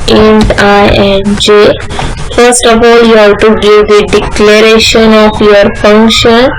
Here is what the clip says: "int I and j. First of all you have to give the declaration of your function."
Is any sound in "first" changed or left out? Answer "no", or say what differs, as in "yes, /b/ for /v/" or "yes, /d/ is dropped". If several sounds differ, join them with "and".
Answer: no